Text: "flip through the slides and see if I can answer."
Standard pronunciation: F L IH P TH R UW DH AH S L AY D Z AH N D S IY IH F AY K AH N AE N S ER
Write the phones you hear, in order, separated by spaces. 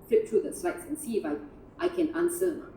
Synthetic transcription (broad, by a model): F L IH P T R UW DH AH S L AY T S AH N S IY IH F AY K AH N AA N S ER